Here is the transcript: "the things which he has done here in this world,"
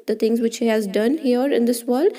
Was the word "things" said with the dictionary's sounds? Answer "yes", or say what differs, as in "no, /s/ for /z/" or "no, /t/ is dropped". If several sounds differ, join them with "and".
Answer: no, /t/ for /θ/